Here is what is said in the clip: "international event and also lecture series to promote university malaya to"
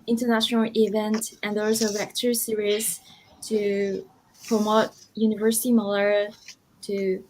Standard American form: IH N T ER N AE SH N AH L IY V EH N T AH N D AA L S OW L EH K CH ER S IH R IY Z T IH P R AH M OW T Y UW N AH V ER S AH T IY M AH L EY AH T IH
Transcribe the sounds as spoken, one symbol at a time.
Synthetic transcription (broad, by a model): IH N T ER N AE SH N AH L IY V EH N T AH N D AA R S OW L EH K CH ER S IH R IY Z T IH P R AH M OW T Y UW N AH V ER S AH T IY M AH L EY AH T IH